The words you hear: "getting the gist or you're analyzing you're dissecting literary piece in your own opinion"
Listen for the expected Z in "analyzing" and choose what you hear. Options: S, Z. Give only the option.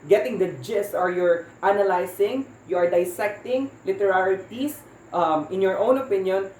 S